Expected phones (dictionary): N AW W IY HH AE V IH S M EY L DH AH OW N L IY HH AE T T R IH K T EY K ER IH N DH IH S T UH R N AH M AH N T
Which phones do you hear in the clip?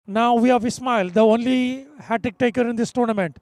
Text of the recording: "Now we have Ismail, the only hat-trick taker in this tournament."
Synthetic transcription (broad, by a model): N AW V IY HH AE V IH S M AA L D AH OW N L IY HH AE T T IH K T EY K ER IH N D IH S T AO R N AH M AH N T